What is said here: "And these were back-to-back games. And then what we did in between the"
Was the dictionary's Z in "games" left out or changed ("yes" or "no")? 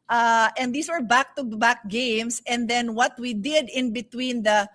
yes